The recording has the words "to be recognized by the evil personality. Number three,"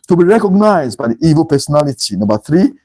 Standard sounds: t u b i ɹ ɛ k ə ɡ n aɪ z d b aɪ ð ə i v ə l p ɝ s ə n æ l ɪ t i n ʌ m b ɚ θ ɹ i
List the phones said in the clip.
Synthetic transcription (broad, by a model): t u b i ɹ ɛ k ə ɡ n aɪ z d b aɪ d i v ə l p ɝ s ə n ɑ l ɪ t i n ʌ b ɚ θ ɹ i